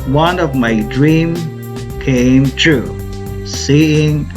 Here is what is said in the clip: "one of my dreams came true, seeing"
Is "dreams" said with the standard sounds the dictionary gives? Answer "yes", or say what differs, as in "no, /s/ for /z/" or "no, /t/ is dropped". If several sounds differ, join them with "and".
no, /z/ is dropped